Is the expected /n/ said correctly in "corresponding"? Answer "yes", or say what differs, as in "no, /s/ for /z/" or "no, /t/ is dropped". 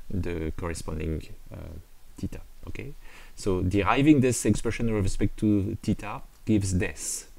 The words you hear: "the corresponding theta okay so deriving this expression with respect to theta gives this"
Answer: yes